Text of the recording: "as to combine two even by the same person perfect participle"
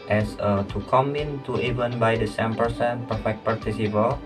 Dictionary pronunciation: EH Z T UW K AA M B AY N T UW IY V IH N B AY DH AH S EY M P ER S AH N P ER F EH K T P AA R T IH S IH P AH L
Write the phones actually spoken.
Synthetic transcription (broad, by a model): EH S T UW K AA M IY N T UW IY V IH N B AY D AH S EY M P ER S AH N P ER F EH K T P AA R T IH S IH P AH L